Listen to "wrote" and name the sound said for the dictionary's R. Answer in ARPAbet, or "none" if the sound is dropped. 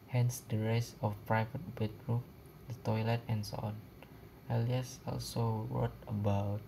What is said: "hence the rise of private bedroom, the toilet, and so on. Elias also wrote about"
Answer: W